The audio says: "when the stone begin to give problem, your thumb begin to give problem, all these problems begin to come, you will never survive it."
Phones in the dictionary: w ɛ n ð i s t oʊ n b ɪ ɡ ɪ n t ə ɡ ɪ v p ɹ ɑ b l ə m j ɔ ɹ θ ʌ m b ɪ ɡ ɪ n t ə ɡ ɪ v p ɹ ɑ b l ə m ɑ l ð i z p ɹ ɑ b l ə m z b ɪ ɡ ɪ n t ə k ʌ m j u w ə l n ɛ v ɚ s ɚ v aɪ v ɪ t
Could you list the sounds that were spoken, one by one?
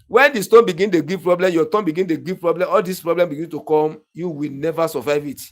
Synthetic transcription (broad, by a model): w ɛ n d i s t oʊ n b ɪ ɡ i n t ə ɡ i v p ɹ ɑ b l ə m j ɔ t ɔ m b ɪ ɡ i n t ə ɡ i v p ɹ ɑ b l ə m ɑ l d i s p ɹ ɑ b l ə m b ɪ ɡ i n t ə k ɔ m j u w ə l n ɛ v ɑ s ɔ v aɪ v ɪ t